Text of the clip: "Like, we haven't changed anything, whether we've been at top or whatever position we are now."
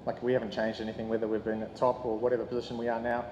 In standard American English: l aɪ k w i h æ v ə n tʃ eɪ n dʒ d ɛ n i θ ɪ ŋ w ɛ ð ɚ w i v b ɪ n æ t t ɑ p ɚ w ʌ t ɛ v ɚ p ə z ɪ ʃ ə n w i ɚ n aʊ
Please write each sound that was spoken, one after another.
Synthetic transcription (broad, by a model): l aɪ k w i h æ v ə n tʃ eɪ n dʒ d ɛ n i θ ɪ ŋ w ɛ ð ɚ w i v b ɪ n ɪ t t ɑ p ɚ w ʌ t ɛ v ɚ p ə z ɪ ʃ ə n w i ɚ n aʊ